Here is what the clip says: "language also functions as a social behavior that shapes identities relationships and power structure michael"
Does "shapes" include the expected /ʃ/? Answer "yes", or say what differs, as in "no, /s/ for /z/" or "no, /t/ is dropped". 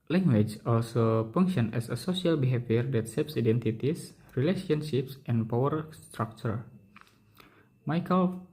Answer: no, /s/ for /ʃ/